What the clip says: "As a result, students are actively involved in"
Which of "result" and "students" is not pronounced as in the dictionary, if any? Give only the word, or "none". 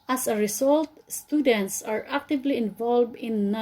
result